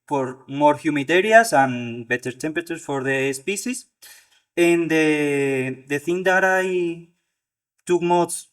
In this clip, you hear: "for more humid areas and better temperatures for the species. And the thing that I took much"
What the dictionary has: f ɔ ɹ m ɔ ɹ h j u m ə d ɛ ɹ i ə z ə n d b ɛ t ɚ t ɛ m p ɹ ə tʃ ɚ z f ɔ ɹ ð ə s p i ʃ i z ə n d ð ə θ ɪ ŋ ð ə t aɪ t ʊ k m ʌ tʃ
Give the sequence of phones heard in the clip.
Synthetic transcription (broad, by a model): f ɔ ɹ m ɔ ɹ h j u m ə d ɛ ɹ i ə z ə n b ɛ t ɚ t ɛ m p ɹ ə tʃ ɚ s f ɔ ɹ ð ə s p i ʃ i s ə n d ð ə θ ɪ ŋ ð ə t aɪ t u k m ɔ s